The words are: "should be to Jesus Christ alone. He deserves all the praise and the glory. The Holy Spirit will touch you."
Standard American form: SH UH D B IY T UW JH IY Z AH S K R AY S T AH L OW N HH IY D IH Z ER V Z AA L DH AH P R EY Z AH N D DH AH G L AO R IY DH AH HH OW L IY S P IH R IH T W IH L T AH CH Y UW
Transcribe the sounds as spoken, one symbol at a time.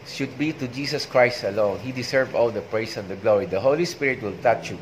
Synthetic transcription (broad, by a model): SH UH D B IY T UW JH IY S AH S K R AY S T AH L OW N HH IY D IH S ER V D AA L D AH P R EY S AH N D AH G L AO R IY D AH HH OW L IY S P IH R IH T W IH L T AH CH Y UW